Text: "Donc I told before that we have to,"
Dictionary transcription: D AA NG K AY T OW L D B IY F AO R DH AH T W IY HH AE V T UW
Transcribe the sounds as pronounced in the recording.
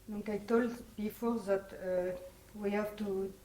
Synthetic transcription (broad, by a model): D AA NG K AY T OW L D B IY F AO R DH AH T W IY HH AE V T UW